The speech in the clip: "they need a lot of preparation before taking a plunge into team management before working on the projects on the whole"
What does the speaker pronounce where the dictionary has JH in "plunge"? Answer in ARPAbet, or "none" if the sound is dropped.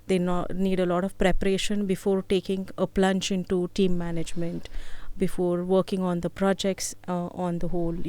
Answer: CH